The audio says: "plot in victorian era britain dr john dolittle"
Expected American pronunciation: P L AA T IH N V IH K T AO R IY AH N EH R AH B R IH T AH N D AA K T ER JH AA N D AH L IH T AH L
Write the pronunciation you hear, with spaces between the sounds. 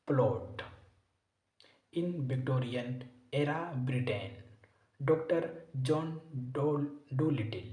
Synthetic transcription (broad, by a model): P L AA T IH N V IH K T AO R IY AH N EH R AH B R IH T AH N D AA K T ER JH AA N D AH L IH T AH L